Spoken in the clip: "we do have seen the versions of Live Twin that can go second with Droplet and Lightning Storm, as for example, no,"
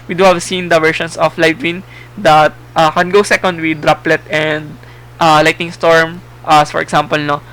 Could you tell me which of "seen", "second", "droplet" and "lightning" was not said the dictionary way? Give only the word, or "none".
lightning